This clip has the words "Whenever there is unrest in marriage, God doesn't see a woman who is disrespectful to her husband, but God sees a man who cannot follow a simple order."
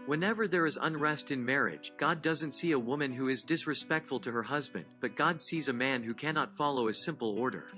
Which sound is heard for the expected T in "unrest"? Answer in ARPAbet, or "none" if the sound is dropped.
T